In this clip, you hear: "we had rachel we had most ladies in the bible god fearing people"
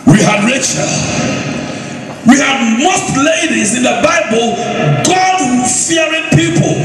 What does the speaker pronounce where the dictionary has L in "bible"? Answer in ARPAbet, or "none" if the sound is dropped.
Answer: L